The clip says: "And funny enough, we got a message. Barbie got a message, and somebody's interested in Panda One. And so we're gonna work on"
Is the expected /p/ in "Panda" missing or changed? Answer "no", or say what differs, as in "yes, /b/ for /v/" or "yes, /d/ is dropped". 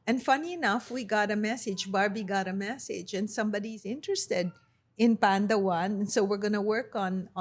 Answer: no